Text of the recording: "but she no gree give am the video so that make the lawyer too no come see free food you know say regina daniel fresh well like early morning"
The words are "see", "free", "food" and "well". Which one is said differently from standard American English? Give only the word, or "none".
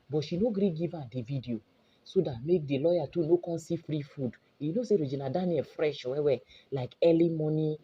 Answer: well